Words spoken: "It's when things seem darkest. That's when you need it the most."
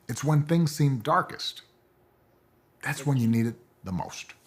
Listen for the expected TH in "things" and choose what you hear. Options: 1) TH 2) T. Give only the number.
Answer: 1